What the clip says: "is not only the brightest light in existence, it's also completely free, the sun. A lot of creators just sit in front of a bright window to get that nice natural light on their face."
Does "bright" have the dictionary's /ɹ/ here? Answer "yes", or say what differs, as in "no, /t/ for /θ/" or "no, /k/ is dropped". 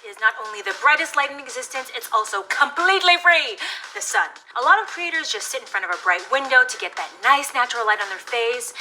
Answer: yes